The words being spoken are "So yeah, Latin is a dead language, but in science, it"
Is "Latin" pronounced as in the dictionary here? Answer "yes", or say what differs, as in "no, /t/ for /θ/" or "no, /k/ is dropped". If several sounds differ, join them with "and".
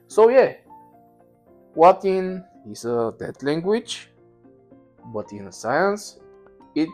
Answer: no, /w/ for /l/